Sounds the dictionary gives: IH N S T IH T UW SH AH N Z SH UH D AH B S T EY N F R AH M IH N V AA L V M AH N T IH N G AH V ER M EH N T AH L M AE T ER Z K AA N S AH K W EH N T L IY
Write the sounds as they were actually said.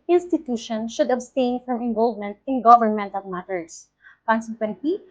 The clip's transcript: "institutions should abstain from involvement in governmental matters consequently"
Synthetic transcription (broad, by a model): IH N S T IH T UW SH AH N SH UH D AH B S T EY N F R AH M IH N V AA L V M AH N T IH N G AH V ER M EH N T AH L M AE T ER S K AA N S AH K W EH N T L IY